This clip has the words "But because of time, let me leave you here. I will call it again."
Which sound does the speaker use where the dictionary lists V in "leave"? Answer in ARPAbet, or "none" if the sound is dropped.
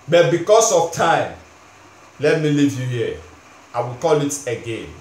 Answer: V